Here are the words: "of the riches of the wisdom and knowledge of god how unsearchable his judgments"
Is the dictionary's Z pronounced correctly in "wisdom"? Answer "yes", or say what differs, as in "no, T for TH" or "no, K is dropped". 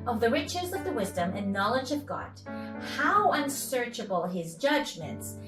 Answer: yes